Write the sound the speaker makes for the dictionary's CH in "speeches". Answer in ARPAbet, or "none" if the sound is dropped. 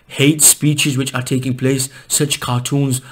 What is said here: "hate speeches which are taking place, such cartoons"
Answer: CH